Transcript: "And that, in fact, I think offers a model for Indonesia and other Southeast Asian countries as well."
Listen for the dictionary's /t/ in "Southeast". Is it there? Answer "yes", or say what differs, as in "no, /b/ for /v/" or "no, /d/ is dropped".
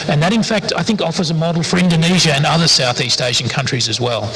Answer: yes